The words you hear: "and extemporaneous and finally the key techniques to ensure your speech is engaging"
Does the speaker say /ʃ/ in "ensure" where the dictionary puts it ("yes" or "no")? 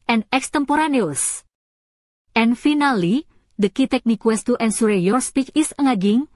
no